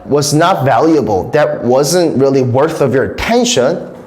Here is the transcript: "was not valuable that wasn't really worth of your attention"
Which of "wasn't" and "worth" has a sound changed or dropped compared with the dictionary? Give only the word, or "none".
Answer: none